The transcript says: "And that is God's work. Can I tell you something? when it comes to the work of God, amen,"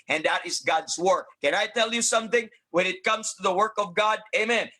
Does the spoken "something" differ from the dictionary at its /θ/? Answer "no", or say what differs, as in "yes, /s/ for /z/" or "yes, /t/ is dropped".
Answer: no